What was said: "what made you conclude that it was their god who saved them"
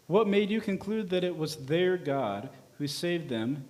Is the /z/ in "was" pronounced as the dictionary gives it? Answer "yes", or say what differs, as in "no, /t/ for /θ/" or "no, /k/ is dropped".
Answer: yes